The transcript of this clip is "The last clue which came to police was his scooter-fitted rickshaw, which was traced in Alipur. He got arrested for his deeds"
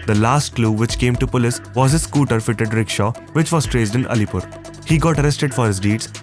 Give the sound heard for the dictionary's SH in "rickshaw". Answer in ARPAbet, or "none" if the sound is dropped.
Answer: SH